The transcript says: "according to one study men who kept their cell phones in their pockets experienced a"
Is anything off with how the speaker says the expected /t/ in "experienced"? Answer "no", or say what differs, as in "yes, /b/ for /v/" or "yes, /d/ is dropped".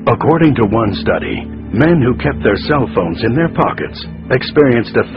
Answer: no